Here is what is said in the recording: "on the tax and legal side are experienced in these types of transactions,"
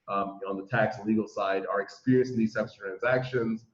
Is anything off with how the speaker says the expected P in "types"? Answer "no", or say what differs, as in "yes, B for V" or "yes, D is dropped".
yes, B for P